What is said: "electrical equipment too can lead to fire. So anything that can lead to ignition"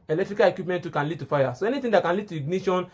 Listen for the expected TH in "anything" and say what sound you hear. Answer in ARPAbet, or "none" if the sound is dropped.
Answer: T